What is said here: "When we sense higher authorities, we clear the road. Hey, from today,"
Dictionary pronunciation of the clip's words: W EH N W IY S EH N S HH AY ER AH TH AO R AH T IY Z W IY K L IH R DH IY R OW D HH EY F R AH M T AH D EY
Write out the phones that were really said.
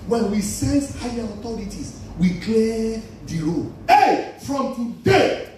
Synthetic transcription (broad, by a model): W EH N W IY S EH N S HH AY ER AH T AO R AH T IY S W IY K L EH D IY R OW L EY F R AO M T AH D EY